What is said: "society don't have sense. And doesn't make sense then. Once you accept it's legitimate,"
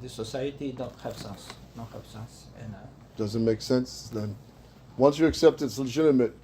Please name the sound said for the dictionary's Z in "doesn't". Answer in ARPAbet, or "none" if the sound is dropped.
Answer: Z